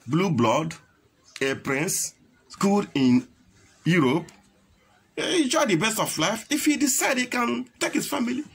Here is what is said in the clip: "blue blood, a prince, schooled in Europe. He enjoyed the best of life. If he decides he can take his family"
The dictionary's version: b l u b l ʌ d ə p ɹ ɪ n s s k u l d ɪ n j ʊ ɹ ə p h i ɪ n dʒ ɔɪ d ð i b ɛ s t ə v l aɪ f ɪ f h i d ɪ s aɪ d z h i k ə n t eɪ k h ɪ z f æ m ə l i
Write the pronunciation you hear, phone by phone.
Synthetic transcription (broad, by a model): b l u b l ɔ d ə p ɹ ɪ n s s k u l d ɪ n j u ɹ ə p ɪ n dʒ ɔɪ d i b ɛ s t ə f l aɪ f ɪ f h i d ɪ s aɪ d h i k ə n t eɪ k h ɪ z f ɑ m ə l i